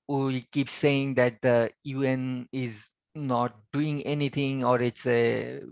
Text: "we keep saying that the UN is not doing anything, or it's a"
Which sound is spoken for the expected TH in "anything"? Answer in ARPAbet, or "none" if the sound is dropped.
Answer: T